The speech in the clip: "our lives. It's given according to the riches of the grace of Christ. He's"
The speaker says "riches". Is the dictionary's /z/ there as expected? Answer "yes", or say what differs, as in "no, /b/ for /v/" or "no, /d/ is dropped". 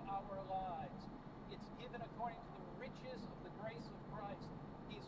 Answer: yes